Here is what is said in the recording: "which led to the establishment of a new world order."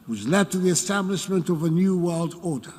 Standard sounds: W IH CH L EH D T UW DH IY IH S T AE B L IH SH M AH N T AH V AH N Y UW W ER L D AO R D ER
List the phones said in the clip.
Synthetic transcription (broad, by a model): W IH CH L EH D T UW DH IY IH S T AE B L IH SH M AH N T AH V AH N Y UW W ER L D AO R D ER